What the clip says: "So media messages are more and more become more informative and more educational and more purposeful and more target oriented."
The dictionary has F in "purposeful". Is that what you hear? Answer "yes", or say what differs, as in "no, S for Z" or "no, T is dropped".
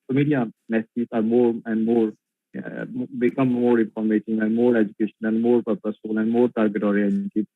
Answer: no, F is dropped